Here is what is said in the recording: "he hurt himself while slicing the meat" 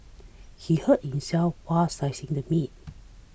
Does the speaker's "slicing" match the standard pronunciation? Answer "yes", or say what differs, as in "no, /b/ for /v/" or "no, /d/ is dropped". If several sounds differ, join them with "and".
no, /l/ is dropped